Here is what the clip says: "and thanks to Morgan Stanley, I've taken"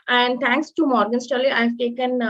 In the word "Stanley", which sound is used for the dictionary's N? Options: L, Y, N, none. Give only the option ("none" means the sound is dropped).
none